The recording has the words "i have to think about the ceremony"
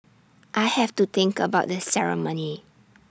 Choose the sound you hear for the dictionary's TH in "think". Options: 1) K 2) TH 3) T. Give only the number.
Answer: 3